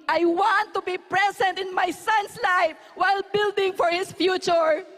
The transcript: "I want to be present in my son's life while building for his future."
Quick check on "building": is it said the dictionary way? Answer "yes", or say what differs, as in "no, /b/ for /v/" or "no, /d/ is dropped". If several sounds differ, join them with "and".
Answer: yes